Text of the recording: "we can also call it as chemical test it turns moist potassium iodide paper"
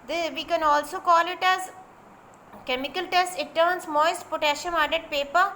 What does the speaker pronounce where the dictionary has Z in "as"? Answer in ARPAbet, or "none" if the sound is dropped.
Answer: Z